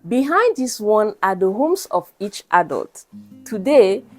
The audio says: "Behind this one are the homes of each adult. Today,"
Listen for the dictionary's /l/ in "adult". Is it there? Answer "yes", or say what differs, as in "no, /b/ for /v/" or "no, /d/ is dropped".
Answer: yes